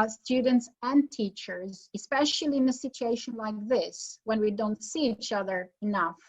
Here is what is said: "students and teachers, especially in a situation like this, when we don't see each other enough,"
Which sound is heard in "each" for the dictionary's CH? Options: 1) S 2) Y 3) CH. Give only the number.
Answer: 3